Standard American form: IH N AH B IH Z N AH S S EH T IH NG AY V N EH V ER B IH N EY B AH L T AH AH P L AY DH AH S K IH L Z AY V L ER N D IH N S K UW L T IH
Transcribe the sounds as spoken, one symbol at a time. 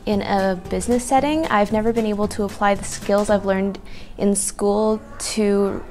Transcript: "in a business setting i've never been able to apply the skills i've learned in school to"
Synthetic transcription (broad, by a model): IH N AH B IH Z N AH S S EH T IH NG AY V N EH V ER B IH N EY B L T AH AH P L AY DH AH S K IH L Z AY V L ER N D IH N S K UW L T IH